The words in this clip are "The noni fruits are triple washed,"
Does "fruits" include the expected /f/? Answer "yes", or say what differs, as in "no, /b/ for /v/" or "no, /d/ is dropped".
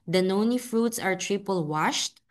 yes